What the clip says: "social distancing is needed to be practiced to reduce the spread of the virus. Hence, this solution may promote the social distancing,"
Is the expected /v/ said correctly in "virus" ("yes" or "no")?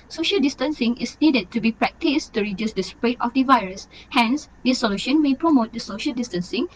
yes